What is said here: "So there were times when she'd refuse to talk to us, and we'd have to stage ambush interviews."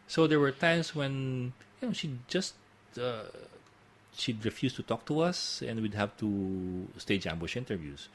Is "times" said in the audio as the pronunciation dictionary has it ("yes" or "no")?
no